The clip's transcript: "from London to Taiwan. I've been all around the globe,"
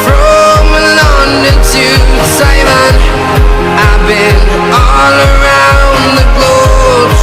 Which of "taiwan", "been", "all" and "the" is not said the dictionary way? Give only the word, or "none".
taiwan